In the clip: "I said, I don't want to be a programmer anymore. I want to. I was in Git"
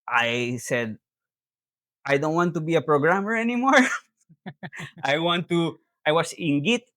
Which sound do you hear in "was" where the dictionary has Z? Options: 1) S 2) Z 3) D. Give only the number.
1